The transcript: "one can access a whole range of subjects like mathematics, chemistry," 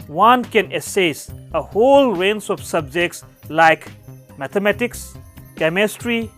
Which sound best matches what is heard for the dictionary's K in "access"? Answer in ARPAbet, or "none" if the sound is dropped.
none